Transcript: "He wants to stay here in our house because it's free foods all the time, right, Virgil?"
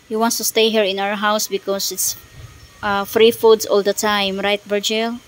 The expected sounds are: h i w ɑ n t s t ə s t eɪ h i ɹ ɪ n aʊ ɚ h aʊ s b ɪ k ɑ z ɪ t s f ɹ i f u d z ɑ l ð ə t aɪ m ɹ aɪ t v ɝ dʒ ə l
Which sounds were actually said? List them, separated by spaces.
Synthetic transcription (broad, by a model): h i w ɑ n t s t ə s t eɪ h i ɹ ɪ n aʊ ɚ h aʊ s b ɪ k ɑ s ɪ t s f ɹ i f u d s ɑ l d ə t aɪ m ɹ aɪ t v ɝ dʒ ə l